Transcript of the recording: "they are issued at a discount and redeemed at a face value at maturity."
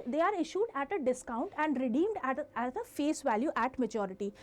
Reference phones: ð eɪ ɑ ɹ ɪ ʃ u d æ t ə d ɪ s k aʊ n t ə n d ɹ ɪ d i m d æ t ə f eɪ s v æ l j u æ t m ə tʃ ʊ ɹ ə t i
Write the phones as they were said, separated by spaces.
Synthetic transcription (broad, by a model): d eɪ ɑ ɹ ɪ ʃ u d æ t ə d ɪ s k aʊ n t ə n d ɹ ɪ d i m d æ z ə f eɪ s v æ l j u æ t m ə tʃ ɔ ɹ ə t i